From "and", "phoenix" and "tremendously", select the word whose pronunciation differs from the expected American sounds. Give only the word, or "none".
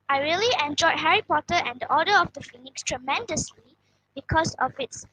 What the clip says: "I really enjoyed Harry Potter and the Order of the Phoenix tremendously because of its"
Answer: none